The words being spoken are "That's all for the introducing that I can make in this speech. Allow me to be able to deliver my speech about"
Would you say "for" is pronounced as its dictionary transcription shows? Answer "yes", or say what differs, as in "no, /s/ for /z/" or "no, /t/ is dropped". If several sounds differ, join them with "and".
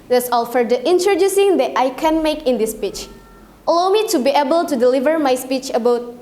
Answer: yes